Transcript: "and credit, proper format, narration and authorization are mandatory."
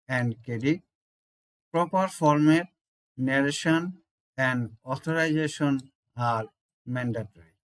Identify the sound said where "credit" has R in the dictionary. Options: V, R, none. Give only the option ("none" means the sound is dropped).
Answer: none